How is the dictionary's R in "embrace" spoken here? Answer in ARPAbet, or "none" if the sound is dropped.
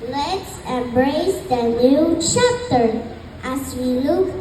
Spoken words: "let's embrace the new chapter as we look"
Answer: R